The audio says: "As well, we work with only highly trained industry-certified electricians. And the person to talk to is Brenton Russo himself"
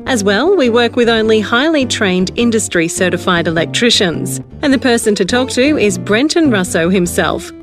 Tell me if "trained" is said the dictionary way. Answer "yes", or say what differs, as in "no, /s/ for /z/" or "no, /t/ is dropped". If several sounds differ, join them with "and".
yes